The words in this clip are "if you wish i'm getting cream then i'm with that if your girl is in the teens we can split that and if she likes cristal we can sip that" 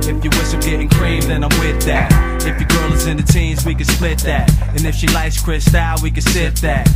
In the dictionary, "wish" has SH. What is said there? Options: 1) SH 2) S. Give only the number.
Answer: 2